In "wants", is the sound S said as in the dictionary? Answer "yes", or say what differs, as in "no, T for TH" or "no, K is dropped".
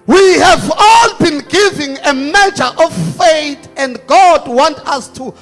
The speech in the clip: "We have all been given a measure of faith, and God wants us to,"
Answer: no, S is dropped